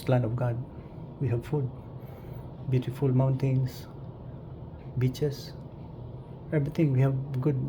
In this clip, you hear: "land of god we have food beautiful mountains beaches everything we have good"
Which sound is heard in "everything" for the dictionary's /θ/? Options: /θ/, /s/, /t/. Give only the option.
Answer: /t/